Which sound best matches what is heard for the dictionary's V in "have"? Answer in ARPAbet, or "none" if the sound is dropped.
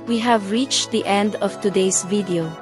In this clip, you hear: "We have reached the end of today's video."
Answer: V